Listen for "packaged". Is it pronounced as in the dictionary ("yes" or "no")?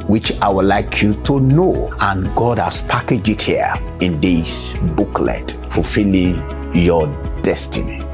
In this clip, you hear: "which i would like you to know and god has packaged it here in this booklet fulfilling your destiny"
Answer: no